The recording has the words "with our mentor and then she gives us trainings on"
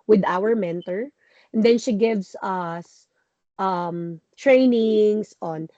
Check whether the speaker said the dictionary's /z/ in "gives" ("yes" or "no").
no